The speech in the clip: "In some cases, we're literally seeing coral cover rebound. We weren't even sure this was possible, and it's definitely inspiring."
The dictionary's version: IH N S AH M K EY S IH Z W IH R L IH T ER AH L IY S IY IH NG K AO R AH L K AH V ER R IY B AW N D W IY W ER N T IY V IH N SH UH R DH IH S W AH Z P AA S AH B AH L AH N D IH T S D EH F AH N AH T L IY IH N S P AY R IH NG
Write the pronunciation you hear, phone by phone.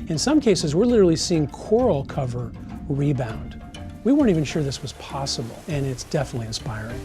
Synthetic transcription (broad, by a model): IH N S AH M K EY S IH Z W IH R L IH T ER L IY S IY IH NG K AO R L K AH V ER R IY B AW N D W IY W ER N T IY V IH N SH UH R DH IH S W AH Z P AA S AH B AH L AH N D IH T S D EH F AH N AH T L IY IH N S P AY R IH NG